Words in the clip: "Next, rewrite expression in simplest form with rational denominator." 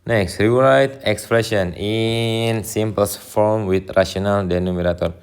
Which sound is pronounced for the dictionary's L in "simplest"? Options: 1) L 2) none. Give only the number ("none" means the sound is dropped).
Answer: 2